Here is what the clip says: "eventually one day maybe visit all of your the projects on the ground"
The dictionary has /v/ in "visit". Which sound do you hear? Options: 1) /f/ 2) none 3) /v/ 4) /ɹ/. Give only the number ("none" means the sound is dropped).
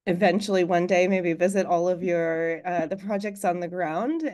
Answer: 3